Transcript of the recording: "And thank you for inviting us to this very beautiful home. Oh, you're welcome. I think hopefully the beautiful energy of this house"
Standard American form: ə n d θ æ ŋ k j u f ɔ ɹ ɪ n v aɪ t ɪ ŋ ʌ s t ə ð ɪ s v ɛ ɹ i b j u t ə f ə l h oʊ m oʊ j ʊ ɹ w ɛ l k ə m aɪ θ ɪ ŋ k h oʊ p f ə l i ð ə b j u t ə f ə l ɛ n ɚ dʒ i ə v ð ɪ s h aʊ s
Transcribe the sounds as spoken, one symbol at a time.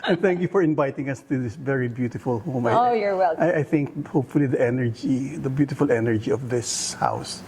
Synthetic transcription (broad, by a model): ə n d θ æ ŋ k j u f ɔ ɹ ɪ n v aɪ t ɪ ŋ ʌ s t ə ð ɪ s v ɛ ɹ i b j u t ə f ə l h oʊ m oʊ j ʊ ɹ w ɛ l ə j aɪ θ ɪ ŋ k h oʊ p f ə l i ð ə b j u t ə f ə l ɛ n ɚ dʒ i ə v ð ɪ s h aʊ s